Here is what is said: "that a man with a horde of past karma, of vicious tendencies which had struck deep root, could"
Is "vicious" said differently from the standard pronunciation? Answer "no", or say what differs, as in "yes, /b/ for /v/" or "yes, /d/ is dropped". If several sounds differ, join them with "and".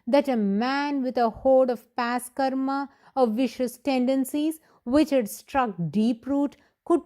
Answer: no